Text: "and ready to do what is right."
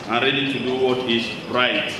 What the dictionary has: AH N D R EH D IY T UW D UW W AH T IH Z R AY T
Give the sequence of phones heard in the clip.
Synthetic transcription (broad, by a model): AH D R EH D IY T UW D UW W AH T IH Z R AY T